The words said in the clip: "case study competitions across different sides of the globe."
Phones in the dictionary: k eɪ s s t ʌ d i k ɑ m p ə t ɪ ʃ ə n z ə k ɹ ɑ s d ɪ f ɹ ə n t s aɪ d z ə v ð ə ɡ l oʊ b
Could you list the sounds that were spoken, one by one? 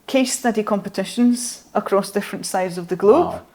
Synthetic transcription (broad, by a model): k eɪ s s t ʌ d i k ɑ m p ə t ɪ ʃ ə n z ə k ɹ ɑ s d ɪ f ɹ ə n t s aɪ d z ə v ð ə ɡ l oʊ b